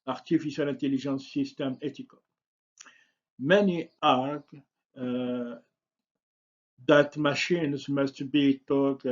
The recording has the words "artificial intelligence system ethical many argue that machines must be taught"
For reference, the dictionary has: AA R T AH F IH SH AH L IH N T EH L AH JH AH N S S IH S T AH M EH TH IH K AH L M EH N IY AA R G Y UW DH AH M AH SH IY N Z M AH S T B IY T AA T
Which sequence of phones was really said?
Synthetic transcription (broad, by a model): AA R T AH F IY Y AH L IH N T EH L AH ZH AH N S S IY S T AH M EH T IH K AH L M EH N IY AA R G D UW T M AH SH IY N Z M AH S T B IY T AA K